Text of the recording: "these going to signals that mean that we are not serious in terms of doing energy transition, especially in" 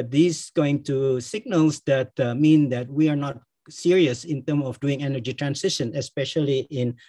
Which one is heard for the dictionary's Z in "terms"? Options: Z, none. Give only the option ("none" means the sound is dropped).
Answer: none